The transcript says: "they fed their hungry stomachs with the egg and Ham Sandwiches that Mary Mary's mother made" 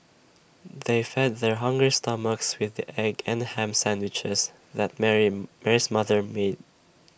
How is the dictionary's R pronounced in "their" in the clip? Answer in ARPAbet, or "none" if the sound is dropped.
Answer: R